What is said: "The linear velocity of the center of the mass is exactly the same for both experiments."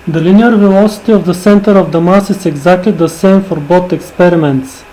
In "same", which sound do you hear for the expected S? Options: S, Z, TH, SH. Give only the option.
S